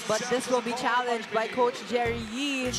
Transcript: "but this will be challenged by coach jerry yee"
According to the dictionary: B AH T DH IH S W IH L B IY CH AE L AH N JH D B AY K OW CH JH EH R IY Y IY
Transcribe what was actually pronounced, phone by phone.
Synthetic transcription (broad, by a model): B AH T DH IH S W IH L B IY CH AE L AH N JH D B AY K OW CH JH EH R IY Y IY